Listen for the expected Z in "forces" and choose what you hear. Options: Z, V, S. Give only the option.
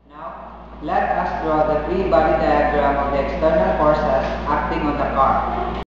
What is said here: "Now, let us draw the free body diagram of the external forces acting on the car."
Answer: S